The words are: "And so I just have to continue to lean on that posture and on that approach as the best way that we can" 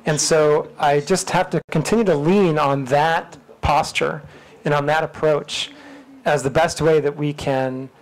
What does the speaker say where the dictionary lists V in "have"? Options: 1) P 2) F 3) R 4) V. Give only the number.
2